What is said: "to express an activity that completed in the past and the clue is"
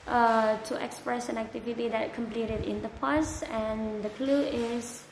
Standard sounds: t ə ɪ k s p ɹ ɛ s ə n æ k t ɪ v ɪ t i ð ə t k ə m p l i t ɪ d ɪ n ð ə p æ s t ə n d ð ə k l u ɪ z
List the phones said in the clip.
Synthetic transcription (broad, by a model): t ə ɪ k s p ɹ ɛ s ə n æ k t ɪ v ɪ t i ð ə t k ə m p l i t ɪ d ɪ n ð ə p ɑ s ə n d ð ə k l u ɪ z